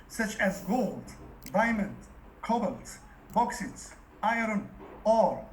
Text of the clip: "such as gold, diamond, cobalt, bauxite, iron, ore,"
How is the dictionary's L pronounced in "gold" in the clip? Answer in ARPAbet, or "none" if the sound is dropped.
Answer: L